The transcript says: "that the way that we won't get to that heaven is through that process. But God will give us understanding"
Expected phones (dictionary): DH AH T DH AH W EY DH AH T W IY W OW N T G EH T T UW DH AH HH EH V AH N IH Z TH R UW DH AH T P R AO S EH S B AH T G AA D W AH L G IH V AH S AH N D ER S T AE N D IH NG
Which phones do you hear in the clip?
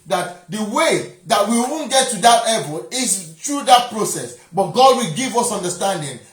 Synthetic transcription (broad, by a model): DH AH T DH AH W EY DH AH T W IY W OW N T G EH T T UW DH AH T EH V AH L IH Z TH R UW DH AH T P R AO S EH S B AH T G AA D W AH L G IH V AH S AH N D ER S T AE N D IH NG